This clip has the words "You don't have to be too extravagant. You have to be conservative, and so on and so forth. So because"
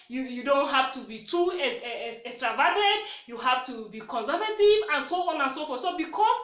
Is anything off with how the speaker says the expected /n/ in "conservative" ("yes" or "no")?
no